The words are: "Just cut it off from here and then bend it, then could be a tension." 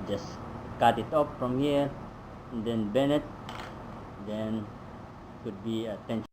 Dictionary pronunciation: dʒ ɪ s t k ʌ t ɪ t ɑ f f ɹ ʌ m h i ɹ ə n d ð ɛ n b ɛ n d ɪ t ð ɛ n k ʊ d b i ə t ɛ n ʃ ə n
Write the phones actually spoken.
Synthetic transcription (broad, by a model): dʒ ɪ s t k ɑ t ɪ t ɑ p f ɹ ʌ m h i ɹ ə n d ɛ n b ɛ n ɪ t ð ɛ n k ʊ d b i ə t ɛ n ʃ